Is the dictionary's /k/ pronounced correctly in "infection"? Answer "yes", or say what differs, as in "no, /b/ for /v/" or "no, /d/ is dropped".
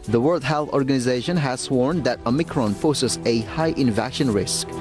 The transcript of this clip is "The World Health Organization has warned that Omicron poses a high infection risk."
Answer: no, /k/ is dropped